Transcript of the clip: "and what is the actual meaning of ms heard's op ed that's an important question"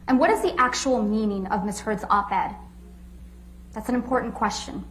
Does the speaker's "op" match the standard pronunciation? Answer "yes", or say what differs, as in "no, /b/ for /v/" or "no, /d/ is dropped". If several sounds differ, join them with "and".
no, /b/ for /p/